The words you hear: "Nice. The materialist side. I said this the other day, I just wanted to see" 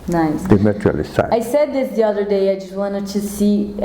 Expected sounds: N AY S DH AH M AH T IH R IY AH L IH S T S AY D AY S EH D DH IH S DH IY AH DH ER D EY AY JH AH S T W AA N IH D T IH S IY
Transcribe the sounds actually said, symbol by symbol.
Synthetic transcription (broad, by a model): N AY S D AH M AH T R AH L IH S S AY AY S EH D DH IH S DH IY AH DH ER D EY AY JH AH S T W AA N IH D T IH S IY